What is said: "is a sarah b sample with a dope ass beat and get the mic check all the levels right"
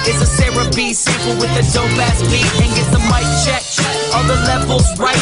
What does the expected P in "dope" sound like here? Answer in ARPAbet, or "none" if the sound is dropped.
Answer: B